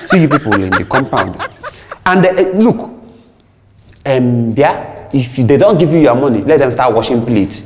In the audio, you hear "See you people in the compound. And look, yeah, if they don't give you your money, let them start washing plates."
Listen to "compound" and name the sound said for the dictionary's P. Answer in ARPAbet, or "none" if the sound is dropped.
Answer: P